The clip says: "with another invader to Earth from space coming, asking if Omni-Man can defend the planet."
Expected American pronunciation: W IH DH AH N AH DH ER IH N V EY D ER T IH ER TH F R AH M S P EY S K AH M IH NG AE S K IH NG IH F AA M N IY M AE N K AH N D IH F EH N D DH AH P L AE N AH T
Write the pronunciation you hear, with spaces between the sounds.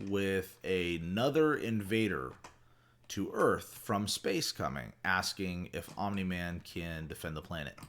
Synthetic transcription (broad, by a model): W IH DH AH N AH DH ER IH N V EY D ER T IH ER TH F R AH M S P EY S K AH M IH NG AE S K IH NG IH F AA M N IY M AE N K AH N D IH F EH N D DH AH P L AE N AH T